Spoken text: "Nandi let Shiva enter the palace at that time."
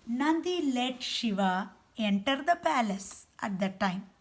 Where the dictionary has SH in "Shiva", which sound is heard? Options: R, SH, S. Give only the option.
SH